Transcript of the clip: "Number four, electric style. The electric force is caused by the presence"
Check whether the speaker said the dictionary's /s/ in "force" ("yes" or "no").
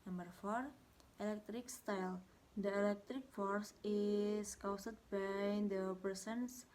yes